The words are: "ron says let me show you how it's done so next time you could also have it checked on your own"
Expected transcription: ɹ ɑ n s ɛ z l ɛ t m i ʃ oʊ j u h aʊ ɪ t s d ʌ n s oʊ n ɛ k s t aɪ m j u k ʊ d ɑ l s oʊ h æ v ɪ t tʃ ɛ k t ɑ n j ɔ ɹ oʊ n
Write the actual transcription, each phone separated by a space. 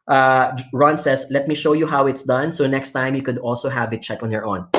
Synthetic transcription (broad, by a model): ɹ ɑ n s ɛ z l ɛ t m i ʃ oʊ j u h aʊ ɪ t s d ʌ n s oʊ n ɛ k s t aɪ m j u k ʊ d ɑ l s oʊ h æ v ɪ t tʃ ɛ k ɑ n j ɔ ɹ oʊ n